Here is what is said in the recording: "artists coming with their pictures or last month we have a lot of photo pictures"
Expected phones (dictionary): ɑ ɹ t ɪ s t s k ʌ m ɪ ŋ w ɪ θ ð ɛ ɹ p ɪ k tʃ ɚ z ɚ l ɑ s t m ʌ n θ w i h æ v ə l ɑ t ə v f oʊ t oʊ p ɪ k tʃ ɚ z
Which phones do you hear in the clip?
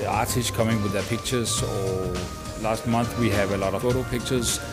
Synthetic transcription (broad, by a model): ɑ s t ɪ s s k ʌ m ɪ ŋ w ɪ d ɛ p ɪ k tʃ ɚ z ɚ l ɑ s t m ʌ n t w i h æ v ə l ɑ t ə f oʊ t oʊ p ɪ k tʃ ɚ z